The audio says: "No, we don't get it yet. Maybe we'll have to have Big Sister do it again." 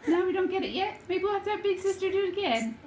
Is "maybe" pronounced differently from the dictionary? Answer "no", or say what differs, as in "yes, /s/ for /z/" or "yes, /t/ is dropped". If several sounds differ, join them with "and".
yes, /b/ is dropped